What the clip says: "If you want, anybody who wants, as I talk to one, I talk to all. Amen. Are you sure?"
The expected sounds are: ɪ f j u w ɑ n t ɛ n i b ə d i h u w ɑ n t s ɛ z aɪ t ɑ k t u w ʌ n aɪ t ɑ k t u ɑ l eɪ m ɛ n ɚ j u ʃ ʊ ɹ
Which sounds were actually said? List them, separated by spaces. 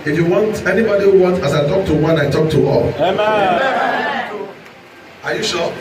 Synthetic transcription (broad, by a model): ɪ f j u w ɑ n t ɛ n i b ə d i h u w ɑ n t ɑ s aɪ t ɑ k t u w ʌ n aɪ t ɑ k t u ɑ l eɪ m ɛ ɑ j u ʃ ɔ